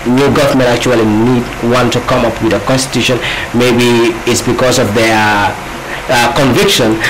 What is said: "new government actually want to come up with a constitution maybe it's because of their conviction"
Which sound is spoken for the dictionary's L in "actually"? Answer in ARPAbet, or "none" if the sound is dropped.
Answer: N